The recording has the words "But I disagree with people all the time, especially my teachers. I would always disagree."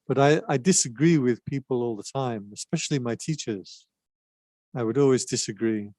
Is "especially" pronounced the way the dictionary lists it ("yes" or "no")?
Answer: yes